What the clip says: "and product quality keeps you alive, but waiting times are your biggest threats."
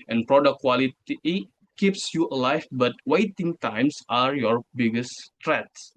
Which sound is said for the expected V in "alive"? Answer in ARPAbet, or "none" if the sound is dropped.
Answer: F